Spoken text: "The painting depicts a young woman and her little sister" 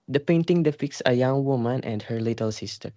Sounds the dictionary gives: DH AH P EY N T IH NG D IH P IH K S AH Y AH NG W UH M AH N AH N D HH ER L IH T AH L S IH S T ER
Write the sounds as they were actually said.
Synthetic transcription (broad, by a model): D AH P EY N T IH NG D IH F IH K S AH Y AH NG W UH M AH N AH N D HH ER L IH T AH L S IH S T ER